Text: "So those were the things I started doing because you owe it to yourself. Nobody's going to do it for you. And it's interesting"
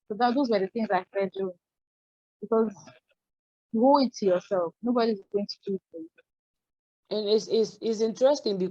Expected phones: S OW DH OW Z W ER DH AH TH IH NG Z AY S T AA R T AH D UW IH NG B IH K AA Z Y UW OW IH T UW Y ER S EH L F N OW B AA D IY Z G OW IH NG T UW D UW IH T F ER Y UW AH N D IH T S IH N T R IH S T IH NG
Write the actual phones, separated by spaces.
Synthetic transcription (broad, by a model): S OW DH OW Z W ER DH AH TH IH NG Z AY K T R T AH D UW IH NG B IH K AA Z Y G OW IH T UW Y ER S EH L F N OW B AA D IY Z G OW IH NG T UW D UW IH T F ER Y UW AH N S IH S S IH N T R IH S T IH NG